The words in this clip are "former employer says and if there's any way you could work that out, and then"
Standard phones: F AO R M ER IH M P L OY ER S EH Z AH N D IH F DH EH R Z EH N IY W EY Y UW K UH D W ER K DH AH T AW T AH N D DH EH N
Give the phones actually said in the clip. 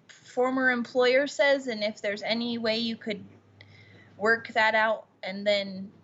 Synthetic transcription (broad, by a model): F AO R M ER IH M P L OY ER S EH Z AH N IH F DH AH R Z EH N IY W EY Y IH K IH D W ER K DH AH T AW T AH N DH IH N